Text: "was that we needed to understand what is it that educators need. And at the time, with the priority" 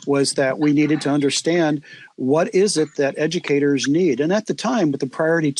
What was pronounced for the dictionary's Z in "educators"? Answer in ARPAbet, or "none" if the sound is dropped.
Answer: Z